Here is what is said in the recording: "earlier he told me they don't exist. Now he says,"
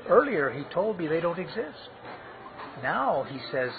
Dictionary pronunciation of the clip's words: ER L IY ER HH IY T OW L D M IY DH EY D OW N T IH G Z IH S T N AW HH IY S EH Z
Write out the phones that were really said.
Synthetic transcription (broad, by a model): ER L IY ER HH IY T OW L D M IY DH EY D OW N T IH G Z IH S T N AW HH IY S EH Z